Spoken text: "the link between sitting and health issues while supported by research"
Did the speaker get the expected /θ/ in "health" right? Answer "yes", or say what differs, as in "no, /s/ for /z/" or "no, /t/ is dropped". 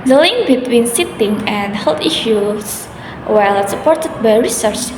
no, /t/ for /θ/